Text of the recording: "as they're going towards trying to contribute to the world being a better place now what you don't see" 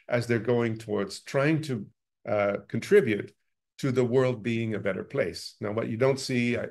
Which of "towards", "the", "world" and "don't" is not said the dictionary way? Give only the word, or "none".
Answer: none